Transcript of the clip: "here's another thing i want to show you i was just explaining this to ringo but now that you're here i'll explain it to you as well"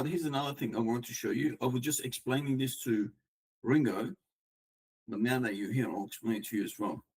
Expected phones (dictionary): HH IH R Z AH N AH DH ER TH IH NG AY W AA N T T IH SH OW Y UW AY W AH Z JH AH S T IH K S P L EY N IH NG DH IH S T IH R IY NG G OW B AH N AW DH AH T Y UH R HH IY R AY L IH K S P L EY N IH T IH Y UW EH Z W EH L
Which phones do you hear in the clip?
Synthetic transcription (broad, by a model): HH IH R Z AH N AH DH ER TH IH NG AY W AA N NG T IH SH OW Y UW AY W AH Z JH AH S T IH K S P L EY N IH NG DH IH S T IH R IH NG G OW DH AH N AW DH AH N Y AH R HH IY R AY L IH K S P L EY IH T IH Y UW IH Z W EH L